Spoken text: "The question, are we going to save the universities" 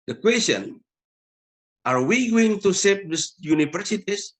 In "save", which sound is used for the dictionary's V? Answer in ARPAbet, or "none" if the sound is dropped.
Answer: P